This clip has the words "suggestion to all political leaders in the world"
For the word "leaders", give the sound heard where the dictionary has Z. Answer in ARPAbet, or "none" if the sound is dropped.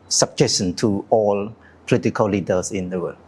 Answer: S